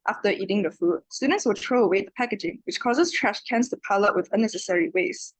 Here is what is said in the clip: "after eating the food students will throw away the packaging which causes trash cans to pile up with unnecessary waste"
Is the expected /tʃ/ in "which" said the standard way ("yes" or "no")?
yes